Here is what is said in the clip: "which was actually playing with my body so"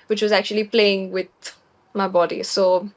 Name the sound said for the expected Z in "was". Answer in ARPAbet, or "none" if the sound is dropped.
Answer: Z